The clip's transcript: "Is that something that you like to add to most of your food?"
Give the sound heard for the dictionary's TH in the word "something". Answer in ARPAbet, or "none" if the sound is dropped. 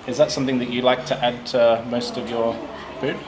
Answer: TH